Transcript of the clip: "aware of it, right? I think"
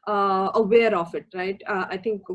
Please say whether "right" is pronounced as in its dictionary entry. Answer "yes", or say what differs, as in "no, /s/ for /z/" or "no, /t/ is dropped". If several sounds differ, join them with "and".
yes